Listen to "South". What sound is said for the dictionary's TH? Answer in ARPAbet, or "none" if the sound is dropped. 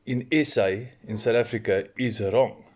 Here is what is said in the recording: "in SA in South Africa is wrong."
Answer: T